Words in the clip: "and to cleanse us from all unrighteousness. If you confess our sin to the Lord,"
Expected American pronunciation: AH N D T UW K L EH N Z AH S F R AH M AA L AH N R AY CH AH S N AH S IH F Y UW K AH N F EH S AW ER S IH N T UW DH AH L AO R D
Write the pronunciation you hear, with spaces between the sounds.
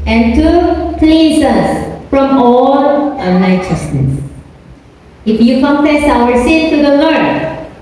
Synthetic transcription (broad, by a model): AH N T UW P L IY Z AH S F R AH M AA L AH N AY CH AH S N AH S IH F Y UW K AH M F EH S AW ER S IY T T UW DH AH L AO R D